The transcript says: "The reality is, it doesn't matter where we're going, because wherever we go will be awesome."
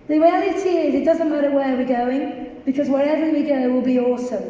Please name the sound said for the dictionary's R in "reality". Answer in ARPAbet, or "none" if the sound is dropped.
W